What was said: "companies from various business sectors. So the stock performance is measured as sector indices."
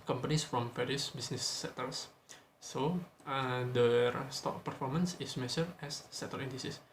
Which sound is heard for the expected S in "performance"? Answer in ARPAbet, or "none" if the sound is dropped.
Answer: S